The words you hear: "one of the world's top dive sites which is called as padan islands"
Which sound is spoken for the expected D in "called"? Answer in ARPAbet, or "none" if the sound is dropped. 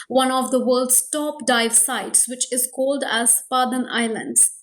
D